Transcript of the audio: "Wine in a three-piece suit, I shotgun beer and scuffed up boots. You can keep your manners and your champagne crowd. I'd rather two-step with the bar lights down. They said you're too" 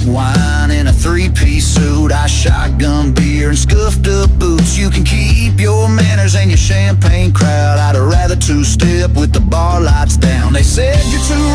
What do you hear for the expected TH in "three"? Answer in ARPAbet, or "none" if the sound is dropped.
TH